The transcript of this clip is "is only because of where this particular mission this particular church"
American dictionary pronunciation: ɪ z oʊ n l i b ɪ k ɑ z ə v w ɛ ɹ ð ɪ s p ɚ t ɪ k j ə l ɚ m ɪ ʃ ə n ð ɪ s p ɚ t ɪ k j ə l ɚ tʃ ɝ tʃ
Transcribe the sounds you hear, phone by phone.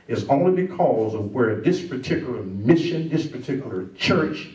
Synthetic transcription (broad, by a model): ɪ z oʊ n l i b ɪ k ɑ z ə v w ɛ ɹ ð ɪ s p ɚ t ɪ k j l ɚ m ɪ ʃ ə n ð ɪ s p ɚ t ɪ k j l ɚ tʃ ɝ tʃ